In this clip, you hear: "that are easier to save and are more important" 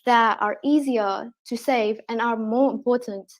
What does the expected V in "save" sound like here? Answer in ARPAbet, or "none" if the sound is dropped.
V